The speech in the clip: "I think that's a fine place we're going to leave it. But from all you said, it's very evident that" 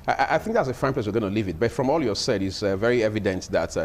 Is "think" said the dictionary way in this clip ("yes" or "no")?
yes